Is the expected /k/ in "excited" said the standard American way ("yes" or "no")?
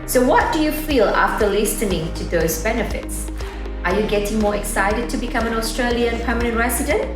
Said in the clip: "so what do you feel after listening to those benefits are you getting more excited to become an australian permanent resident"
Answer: yes